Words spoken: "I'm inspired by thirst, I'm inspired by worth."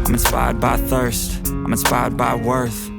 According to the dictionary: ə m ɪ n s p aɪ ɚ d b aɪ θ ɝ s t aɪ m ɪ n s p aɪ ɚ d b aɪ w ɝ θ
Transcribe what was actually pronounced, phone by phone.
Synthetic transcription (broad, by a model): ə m n s p aɪ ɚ d b aɪ θ ɝ s t aɪ m ɪ n s p aɪ ɚ d b aɪ w ɝ θ